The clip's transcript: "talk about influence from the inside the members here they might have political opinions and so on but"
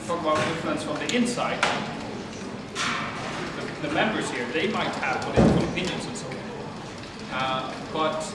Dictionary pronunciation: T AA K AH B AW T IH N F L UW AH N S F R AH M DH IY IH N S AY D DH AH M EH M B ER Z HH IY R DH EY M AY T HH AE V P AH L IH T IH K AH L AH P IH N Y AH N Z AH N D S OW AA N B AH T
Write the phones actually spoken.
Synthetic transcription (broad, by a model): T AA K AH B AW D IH F UW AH N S F R AH M DH IY IH N S AY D DH AH M EH M B ER Z HH IY R DH EY M AY T HH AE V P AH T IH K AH N AH P IH N Y AH N Z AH N S OW AA N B AH T